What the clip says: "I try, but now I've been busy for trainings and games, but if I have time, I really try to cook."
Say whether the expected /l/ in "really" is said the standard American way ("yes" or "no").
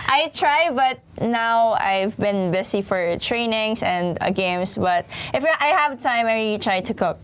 no